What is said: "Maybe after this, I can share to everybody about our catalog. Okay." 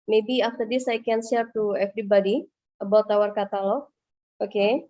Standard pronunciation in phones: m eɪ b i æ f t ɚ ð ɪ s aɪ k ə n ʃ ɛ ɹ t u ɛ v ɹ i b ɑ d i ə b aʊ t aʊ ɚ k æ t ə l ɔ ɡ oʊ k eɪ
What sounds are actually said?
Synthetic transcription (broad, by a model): m eɪ b i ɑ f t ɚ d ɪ s aɪ k ə n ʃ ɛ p t u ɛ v ɹ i b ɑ d i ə b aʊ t aʊ ɚ k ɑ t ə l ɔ oʊ k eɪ